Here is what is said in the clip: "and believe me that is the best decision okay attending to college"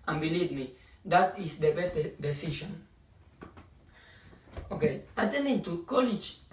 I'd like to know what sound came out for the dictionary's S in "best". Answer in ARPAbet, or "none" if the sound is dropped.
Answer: none